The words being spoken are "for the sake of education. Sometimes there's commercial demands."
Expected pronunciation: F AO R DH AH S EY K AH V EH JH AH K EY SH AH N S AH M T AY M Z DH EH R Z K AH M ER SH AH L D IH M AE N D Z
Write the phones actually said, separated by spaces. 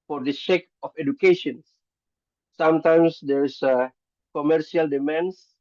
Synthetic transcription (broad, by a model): F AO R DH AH SH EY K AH F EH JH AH K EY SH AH N S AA M T AY M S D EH R S K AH M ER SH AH L D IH M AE N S